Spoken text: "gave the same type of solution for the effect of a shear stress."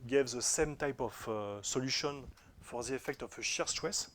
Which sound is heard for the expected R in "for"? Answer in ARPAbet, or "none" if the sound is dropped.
R